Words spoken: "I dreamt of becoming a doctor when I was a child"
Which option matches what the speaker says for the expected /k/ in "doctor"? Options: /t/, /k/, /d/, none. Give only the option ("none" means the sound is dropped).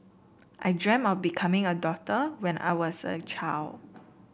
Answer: none